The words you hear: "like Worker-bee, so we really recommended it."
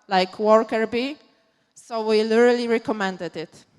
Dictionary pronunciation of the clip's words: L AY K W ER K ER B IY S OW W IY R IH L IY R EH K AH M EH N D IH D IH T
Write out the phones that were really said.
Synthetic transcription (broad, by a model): L AY K W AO K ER B IY S OW W IY L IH L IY R EH K AH M EH N D IH D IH T